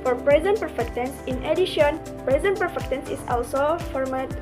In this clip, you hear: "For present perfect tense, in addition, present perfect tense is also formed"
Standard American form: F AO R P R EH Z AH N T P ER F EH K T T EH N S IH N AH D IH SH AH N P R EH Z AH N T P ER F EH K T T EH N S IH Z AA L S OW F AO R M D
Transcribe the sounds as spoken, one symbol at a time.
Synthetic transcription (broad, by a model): F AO R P R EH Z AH N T P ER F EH K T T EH N S IH N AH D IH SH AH N P R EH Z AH N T P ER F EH K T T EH N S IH S AA L S OW F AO R M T